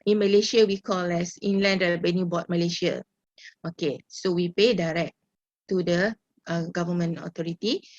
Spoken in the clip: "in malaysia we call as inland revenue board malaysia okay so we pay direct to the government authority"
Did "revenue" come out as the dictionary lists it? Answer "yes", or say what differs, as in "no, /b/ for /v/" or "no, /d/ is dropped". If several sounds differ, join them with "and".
no, /b/ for /v/